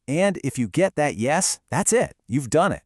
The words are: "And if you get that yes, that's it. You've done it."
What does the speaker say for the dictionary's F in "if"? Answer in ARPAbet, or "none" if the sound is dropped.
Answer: F